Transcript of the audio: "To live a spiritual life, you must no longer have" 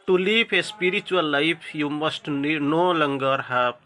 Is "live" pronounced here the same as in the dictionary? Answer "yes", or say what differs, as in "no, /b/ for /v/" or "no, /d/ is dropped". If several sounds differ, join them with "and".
no, /p/ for /v/